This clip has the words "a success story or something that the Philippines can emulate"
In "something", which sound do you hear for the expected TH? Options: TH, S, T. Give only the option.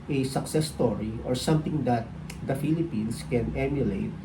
T